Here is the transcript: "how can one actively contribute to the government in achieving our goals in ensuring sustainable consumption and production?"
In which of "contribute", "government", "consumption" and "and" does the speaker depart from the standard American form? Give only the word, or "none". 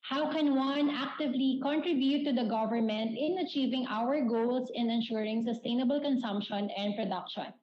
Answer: none